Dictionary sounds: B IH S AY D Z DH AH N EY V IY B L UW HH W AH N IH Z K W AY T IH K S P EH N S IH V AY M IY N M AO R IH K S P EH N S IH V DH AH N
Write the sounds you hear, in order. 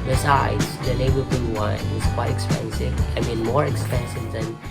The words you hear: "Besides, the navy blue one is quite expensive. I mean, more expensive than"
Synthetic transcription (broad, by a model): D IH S AY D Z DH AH L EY B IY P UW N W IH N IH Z K W AY T IH K S P EH N S IH V AY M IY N M AO R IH K S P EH N S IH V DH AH N